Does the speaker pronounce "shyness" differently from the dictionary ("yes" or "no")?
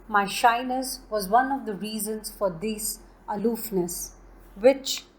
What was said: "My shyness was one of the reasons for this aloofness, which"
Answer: no